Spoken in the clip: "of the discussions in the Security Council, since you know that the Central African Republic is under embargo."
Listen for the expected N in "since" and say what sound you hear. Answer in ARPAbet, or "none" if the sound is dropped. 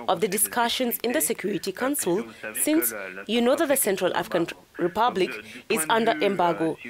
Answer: N